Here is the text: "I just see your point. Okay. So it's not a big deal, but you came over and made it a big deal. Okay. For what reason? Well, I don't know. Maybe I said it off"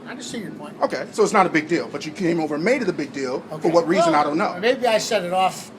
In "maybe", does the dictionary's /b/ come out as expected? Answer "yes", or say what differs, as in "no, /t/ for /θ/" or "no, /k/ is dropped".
yes